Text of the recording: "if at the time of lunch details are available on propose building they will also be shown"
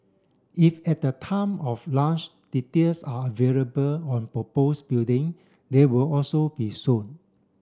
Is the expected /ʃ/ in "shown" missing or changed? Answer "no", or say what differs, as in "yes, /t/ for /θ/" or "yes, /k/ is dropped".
yes, /s/ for /ʃ/